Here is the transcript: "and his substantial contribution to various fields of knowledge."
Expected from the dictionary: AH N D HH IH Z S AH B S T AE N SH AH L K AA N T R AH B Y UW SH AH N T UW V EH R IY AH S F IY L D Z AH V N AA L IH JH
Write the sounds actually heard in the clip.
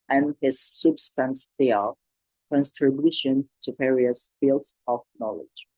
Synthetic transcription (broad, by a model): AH N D HH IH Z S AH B S T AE N S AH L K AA N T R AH B Y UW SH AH N T UW V EH R IY AH S F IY L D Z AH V N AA L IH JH